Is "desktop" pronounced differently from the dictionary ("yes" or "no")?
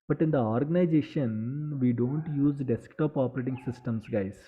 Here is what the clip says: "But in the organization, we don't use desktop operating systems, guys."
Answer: no